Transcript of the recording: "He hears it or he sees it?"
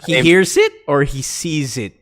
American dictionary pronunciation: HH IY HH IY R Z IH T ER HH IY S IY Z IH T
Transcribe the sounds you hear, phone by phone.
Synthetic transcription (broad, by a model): HH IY HH IY R Z IH T ER HH IY S IY Z IH T